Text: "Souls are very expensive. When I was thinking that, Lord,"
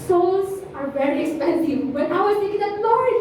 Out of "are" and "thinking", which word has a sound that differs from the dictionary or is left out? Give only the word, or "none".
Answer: thinking